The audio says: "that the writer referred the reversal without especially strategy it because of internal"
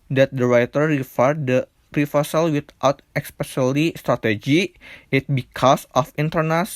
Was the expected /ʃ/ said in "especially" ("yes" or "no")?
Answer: no